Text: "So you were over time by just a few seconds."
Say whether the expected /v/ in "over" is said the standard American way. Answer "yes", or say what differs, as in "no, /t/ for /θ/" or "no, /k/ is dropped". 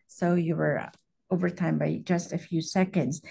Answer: yes